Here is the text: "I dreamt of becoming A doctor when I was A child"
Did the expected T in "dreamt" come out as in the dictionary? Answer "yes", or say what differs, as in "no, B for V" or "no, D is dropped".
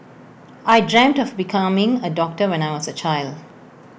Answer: yes